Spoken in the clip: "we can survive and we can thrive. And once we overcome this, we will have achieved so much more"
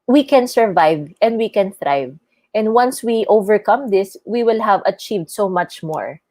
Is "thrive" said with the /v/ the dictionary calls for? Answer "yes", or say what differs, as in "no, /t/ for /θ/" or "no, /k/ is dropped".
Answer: yes